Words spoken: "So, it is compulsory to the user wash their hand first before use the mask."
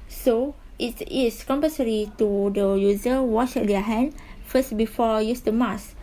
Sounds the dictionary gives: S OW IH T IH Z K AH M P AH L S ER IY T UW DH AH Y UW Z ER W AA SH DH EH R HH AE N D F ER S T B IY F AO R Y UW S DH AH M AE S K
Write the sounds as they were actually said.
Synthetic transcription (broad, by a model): S OW IH T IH S K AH M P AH S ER IY T UW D AH Y UW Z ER W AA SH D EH HH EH N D F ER S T B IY F AO Y UW S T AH M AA S